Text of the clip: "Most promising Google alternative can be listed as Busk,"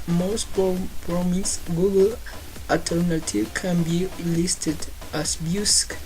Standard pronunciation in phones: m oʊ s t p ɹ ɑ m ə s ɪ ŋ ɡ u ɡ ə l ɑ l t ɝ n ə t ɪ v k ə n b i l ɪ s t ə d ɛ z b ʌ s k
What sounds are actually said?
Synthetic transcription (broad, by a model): m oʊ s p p ɹ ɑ m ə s ɡ u ɡ ə l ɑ t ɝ n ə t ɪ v k ə n b i l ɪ s t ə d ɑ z b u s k